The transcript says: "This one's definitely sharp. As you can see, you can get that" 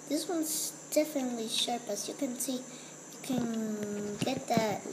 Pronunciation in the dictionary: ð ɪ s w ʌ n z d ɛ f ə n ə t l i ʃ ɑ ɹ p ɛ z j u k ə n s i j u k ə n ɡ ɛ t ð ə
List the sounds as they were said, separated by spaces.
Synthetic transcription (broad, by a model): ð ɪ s w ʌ n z d ɛ f ə n ə t l i ʃ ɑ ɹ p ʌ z j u k ə n s i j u k ə n ɡ ɛ t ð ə